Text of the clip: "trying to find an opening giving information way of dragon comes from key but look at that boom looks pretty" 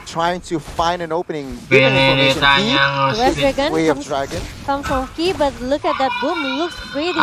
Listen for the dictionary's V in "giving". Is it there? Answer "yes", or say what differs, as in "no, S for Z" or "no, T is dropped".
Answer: no, V is dropped